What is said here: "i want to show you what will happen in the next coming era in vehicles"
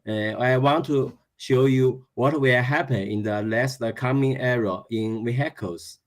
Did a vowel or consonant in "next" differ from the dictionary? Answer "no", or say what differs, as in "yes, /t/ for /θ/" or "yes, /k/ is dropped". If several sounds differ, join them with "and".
yes, /l/ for /n/ and /k/ is dropped